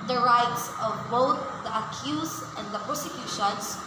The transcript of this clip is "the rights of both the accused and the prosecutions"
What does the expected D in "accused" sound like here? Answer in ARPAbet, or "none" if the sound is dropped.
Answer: none